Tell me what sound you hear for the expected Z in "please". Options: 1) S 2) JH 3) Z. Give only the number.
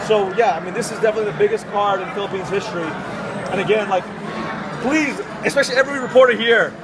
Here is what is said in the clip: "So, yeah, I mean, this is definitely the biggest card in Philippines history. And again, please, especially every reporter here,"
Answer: 3